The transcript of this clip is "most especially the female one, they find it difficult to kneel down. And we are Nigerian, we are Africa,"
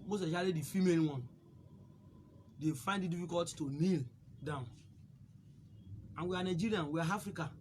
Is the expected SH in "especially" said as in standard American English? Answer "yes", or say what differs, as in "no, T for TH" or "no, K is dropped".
no, SH is dropped